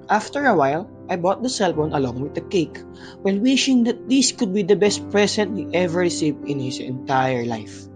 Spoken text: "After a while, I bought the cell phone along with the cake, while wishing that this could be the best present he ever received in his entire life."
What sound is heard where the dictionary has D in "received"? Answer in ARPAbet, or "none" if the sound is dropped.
none